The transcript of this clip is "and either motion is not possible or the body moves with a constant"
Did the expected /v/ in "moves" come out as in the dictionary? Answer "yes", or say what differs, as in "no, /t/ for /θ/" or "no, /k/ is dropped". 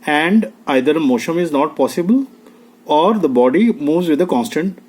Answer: yes